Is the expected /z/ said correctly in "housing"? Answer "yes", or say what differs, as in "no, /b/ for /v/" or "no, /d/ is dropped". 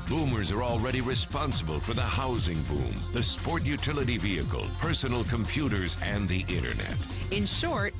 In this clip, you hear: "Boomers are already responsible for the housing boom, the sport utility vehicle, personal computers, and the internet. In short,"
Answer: yes